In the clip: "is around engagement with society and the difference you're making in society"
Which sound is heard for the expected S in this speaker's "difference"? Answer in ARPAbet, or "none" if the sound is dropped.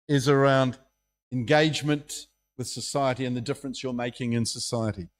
S